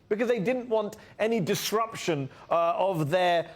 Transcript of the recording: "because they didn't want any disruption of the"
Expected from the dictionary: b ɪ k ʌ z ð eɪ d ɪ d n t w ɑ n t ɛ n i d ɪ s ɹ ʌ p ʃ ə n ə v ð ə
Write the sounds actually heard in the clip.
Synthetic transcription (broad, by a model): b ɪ k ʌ z ð eɪ d ɪ d n t w ɑ n t ɛ n i d ɪ s ɹ ʌ p ʃ ə n ə v ð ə